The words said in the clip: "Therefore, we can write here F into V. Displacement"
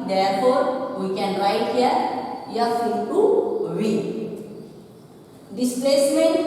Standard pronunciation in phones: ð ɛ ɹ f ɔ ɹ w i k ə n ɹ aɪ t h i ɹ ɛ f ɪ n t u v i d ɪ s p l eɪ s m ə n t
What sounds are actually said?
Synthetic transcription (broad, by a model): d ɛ ɹ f ɔ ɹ w i k ə n ɹ aɪ t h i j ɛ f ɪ t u w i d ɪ s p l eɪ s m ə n